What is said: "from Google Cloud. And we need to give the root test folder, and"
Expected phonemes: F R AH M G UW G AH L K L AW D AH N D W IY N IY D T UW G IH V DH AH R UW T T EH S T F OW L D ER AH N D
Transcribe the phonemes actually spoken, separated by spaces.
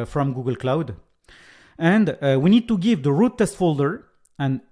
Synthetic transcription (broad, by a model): F R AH M G UW G AH L K L AW D AH N D W IY N IY D T UW G IH V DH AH R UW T T EH S T F OW L D ER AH N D